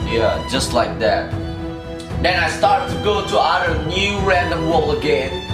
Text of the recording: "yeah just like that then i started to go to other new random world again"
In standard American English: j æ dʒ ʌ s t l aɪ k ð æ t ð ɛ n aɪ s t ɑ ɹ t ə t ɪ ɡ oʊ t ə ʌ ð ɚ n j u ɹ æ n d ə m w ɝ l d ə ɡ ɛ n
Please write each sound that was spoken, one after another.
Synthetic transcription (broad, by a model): j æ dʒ ʌ s t l aɪ k ð æ t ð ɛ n aɪ s t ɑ ɹ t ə t ɪ ɡ oʊ t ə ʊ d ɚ n j u ɹ æ n d ə m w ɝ l ə ɡ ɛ n